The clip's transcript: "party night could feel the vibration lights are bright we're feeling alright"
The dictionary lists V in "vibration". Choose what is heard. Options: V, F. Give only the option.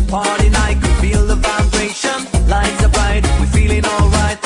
F